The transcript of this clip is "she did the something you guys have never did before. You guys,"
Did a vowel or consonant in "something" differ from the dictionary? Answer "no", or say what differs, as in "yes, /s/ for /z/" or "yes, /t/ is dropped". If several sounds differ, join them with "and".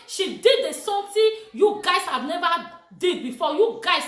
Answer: yes, /t/ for /θ/